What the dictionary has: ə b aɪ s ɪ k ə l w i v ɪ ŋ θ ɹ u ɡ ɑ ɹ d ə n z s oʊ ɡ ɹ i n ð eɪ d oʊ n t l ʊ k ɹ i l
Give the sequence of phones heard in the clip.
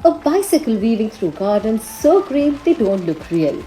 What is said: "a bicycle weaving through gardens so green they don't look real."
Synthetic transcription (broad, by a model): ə b aɪ s ɪ k ə l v i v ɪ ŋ t ɹ u ɡ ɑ ɹ d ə n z s oʊ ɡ ɹ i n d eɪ d oʊ n t l ʊ k ɹ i l